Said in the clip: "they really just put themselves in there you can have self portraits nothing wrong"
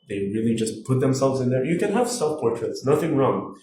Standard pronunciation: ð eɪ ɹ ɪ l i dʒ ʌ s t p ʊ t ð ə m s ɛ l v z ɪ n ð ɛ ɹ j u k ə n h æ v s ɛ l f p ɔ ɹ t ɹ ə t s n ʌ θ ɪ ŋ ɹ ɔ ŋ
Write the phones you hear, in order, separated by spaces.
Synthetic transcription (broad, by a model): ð eɪ ɹ ɪ l i dʒ ʌ s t p ʊ t ð ə m s ɛ l v z ɪ n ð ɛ ɹ j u k ə n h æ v s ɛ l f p ɔ ɹ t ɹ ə t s n ʌ θ ɪ ŋ ɹ ɔ ŋ